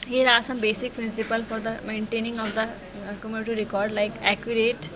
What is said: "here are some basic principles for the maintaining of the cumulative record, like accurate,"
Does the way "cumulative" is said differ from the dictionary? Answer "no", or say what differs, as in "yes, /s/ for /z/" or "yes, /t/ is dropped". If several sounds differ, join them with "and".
yes, /n/ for /l/